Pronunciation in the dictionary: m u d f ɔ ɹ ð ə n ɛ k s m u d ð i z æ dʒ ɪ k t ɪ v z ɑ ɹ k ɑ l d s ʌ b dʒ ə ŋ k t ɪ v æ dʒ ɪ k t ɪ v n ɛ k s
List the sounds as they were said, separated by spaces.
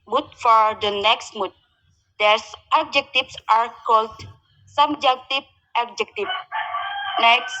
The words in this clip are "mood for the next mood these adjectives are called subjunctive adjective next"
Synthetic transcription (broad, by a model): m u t f ɔ ɹ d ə n ɛ k s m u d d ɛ s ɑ dʒ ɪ k t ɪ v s ɑ ɹ k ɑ l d s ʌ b dʒ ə k t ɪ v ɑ dʒ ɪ k t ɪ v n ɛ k s